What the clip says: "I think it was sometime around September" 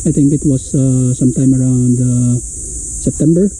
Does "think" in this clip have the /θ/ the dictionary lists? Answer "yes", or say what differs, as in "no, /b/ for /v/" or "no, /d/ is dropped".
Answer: no, /t/ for /θ/